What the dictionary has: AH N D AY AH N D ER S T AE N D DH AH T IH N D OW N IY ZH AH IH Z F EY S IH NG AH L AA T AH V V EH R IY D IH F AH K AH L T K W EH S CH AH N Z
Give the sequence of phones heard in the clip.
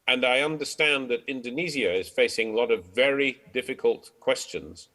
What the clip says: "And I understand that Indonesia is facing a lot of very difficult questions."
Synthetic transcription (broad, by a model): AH N AY AH N D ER S T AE N DH AH T IH N D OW N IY Z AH IH Z F EY S IH NG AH L AA T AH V V EH R IY D IH F AH K AH L T K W EH S CH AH N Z